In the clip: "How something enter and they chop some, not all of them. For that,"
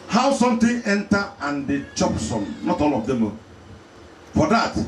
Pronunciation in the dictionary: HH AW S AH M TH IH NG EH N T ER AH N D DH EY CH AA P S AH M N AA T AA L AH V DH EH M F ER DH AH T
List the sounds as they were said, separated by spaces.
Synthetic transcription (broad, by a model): HH AW S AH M T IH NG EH N T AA AH N D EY CH AA P S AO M N AA T AA L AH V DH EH M F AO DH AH T